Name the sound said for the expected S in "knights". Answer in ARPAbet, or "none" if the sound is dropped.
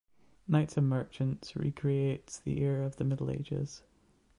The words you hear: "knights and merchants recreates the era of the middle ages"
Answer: S